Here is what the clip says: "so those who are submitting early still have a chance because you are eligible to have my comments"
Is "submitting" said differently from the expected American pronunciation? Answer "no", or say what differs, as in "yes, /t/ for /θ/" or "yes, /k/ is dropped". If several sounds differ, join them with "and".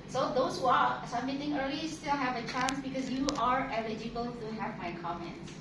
yes, /b/ is dropped